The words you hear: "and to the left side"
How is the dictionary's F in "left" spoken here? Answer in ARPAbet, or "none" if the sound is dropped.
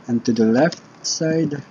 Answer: F